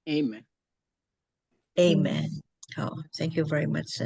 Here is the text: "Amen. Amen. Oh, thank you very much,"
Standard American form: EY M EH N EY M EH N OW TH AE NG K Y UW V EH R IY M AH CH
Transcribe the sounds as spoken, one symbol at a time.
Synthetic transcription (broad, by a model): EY M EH N EY M EH N OW TH AE NG K Y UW V EH R IY M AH CH